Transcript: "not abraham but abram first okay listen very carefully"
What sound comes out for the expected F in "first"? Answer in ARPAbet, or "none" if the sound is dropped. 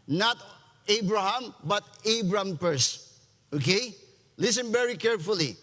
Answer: P